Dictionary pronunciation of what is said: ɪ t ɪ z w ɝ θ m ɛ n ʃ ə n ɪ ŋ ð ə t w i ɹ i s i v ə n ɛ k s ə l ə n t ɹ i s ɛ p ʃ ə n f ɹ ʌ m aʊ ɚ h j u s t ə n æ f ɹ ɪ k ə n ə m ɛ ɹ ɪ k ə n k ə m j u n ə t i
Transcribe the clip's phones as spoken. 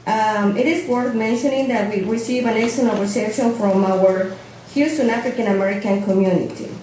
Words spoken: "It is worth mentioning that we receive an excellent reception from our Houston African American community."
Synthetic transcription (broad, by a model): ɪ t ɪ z w ɝ θ m ɛ n ʃ ə n ɪ ŋ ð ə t w i ɹ i s i v ə n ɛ s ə n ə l ɹ i s ɛ p ʃ ə n f ɹ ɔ m aʊ ɚ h j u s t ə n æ f ɹ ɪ k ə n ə m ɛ ɹ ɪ k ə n k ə m j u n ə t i